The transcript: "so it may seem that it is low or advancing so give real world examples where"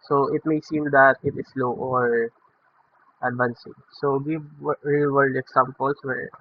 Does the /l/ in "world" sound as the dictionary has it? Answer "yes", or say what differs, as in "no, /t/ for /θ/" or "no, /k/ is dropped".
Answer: no, /l/ is dropped